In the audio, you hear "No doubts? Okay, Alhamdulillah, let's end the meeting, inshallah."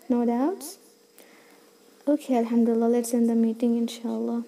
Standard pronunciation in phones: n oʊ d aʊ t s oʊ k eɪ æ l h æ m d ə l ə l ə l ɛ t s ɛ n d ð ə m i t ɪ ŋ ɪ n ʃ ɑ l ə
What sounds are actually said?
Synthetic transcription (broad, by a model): n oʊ d aʊ t s oʊ k eɪ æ l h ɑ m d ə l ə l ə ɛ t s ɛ n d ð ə m i t ɪ ŋ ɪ n ʃ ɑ l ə